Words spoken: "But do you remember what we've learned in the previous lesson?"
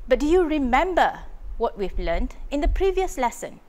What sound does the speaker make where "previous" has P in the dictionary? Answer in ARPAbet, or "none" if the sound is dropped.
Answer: P